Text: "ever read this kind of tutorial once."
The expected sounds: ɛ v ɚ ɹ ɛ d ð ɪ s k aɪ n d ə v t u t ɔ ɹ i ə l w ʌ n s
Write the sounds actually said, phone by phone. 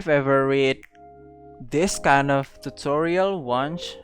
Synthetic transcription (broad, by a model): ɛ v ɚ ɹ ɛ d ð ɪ s k aɪ n d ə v t u t ɔ ɹ i ə l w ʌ n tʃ